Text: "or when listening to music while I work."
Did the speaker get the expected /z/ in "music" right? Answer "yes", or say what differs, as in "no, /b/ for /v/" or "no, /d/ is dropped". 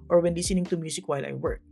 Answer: no, /s/ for /z/